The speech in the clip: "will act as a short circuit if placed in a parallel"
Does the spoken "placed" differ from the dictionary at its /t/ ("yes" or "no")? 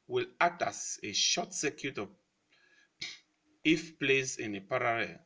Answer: yes